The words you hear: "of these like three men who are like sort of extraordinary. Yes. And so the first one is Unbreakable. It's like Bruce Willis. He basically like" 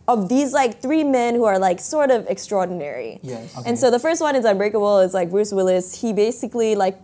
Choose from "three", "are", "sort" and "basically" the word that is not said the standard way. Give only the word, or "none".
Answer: none